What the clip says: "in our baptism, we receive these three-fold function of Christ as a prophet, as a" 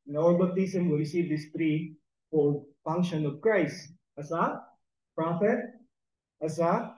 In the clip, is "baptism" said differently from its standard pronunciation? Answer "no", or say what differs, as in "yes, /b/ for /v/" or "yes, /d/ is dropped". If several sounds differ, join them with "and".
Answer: yes, /p/ is dropped